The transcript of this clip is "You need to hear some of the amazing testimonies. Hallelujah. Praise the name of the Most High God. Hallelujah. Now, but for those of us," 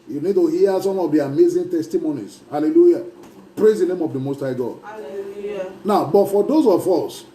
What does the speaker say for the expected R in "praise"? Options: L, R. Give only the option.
R